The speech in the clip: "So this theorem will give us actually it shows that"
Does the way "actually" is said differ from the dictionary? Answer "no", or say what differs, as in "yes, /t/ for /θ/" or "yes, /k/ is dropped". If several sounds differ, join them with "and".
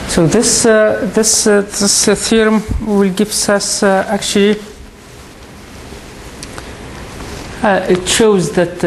no